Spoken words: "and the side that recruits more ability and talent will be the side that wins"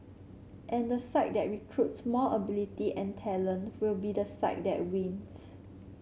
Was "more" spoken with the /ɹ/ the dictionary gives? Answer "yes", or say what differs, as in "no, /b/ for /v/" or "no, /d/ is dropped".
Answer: no, /l/ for /ɹ/